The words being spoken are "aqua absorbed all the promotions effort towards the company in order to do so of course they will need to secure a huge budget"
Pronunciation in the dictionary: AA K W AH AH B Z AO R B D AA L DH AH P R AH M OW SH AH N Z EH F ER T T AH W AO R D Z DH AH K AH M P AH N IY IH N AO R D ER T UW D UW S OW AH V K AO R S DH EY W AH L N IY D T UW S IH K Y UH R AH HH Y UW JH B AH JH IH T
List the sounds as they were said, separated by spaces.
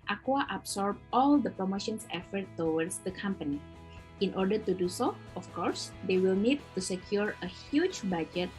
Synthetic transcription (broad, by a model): AA K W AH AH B S AO R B AA L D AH P R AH M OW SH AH N S EH F ER T T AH W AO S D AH K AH M P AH N IY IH N AO R D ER T UW D UW S OW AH F K AO R S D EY W AH L N IY D T UW S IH K Y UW R AH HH Y UW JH B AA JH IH T